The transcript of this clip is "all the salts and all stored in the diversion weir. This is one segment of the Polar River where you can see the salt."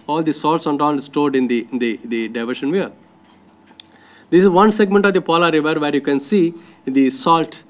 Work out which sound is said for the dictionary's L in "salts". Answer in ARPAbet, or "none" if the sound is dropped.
L